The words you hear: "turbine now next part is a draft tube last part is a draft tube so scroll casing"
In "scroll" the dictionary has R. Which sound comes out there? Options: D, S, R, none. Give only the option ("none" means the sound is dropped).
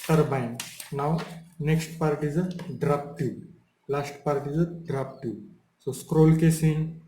R